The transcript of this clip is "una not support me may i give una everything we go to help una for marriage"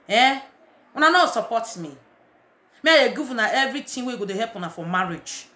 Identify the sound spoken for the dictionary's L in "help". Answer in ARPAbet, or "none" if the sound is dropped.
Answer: none